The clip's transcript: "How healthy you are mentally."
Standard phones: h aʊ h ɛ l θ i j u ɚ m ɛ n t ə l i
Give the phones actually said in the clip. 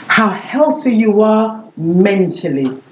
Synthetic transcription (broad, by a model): h aʊ h ɛ l θ i j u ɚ m ɛ n t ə l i